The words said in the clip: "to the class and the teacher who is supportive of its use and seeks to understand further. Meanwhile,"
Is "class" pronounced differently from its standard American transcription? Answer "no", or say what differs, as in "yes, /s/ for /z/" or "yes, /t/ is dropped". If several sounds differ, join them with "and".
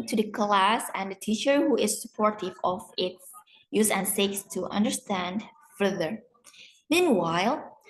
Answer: no